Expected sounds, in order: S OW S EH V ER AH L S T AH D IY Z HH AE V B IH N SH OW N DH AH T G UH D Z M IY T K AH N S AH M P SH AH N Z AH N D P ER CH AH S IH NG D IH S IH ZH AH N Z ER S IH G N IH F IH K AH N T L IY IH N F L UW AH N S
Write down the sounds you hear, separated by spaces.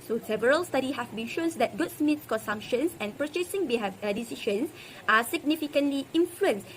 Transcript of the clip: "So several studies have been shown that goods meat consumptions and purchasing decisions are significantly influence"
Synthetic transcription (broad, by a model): S OW S EH V ER AH L S T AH D IY HH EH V B IH N SH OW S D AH T G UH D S M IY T K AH N S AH M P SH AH N S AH N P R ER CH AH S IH NG D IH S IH SH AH N S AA S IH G N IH F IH K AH N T L IY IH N F L UW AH N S